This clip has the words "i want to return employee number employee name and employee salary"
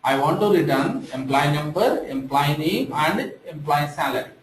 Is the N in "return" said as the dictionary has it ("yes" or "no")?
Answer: yes